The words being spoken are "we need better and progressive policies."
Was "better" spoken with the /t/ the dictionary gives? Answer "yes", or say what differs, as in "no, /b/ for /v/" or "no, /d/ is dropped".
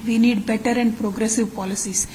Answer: yes